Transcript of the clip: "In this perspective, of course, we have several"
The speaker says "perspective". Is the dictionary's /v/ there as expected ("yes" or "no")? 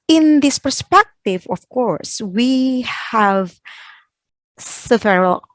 yes